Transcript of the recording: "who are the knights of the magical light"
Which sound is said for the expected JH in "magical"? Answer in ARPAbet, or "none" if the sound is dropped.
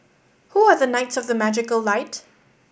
JH